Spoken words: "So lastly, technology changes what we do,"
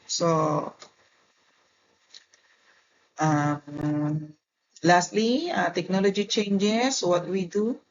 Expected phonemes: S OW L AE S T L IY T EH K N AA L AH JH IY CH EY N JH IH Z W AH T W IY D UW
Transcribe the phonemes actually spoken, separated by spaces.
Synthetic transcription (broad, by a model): S OW L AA S T L IY T EH K N AA L AH JH IY CH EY N JH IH S W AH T W IY D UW